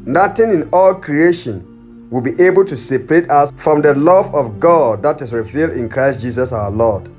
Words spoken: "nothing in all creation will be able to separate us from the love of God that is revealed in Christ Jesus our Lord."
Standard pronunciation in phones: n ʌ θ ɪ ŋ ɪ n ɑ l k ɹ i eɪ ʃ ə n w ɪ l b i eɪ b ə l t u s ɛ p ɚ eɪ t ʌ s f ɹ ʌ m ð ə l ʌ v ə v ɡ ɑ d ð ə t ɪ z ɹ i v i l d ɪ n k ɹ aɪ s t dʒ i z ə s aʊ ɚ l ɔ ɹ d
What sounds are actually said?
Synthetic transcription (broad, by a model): n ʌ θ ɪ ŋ ɪ n ɑ l k ɹ i eɪ ʃ ə n w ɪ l b i eɪ b ə l t u s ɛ p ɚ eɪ t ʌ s f ɹ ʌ m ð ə l ʌ v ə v ɡ ɑ d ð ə t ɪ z ɹ i v i l d ɪ n k ɹ aɪ s t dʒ i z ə s aʊ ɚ l ɔ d